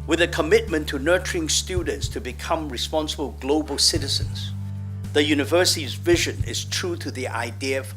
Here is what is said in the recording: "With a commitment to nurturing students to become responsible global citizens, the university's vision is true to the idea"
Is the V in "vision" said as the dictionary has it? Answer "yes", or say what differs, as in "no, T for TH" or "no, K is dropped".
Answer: yes